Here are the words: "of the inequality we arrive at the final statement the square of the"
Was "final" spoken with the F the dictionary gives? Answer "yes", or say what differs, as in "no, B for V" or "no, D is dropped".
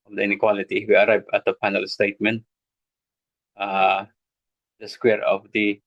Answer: no, P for F